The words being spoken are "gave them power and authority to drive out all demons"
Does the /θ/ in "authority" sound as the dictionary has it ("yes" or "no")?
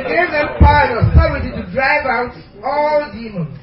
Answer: no